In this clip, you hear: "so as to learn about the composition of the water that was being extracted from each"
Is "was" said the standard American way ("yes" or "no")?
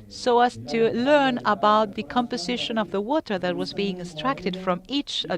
yes